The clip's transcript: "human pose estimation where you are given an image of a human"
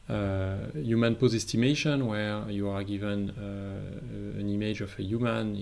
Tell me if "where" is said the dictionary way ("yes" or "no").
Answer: yes